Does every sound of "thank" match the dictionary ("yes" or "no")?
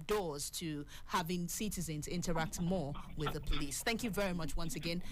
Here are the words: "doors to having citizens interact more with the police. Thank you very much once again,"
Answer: yes